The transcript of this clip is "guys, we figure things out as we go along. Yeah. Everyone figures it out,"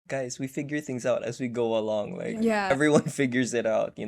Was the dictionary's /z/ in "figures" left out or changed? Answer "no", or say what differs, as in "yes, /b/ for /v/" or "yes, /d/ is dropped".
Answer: no